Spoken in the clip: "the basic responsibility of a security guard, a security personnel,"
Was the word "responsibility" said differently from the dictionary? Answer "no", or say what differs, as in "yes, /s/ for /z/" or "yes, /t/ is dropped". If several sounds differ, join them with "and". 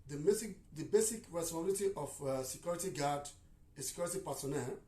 yes, /p/ is dropped and /s/ is dropped